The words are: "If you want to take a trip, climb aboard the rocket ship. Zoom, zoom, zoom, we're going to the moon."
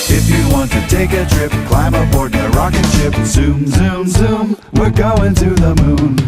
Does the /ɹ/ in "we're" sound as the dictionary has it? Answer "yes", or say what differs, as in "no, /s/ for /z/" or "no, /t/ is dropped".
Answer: no, /l/ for /ɹ/